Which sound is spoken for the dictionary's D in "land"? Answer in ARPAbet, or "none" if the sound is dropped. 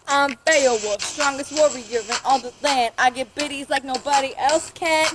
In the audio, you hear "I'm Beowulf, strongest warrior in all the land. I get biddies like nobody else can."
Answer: none